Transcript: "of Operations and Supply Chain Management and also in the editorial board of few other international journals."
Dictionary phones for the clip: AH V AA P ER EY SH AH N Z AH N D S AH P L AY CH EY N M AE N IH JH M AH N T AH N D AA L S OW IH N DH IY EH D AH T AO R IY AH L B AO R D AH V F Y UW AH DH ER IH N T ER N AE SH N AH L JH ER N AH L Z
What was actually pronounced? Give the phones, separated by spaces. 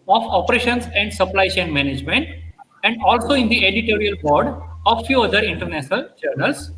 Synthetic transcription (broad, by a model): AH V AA P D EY SH AH N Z AH N D S AH P L AY CH EY N M AE N IH JH M AH N T AH N D AA L S OW IH N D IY EH D AH T AO R IY AH L B AO R D AH V F Y UW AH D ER IH N T ER N AE SH N AH L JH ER N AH L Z